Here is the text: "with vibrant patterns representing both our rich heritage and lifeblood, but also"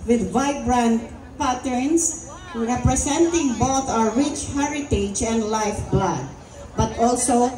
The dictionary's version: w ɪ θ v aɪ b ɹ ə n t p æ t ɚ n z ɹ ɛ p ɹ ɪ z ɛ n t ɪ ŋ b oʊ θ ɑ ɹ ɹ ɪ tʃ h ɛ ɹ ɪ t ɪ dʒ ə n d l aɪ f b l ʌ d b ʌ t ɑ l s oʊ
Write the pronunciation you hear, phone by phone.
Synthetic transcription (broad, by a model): w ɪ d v aɪ b ɹ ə n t p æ t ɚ n s ɹ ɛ p ɹ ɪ s ɛ n t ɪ ŋ b oʊ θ ɑ ɹ ɹ ɪ tʃ h ɛ ɹ ɪ t ɪ dʒ ə n d l aɪ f b l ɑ d b ʌ t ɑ l s oʊ